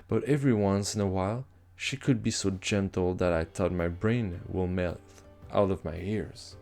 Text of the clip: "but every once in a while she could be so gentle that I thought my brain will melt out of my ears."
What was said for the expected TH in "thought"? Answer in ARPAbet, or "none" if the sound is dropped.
T